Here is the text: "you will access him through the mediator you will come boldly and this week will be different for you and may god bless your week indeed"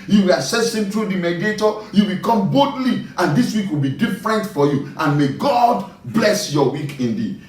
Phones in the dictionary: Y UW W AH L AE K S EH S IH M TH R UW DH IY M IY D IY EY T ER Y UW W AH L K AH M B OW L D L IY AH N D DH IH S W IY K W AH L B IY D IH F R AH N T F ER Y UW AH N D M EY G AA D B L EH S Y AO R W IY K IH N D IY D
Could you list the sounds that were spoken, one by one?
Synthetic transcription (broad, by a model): Y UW W AH L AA S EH S IH M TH R UW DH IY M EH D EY T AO Y UW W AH K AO M B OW D L IY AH N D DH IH S W IY K W AH L B IY D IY F R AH N T F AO Y UW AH N M EY G AA D B L EH S Y AO W IY K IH N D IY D